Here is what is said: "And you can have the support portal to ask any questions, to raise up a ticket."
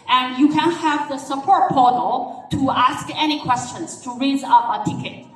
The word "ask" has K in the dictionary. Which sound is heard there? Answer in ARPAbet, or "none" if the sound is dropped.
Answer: K